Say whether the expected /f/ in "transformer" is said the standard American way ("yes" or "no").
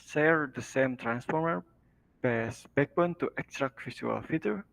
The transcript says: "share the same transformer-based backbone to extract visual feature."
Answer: yes